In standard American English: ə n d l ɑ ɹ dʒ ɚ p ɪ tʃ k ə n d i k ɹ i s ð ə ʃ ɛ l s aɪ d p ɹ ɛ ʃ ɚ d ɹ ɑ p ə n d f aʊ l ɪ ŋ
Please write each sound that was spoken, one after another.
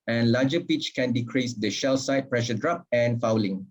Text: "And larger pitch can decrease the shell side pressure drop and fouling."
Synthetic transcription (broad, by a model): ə n l ɑ dʒ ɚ p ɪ tʃ k ə n d i k ɹ i s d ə ʃ ɛ l s aɪ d p ɹ ɛ ʃ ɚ d ɹ ɑ p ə n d f aʊ l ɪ ŋ